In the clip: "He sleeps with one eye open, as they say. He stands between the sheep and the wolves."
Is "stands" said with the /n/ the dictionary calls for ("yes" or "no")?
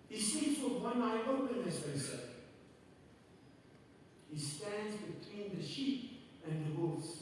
yes